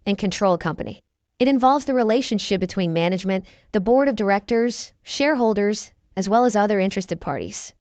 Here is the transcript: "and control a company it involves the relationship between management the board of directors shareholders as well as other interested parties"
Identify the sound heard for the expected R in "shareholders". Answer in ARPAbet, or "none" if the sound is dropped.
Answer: R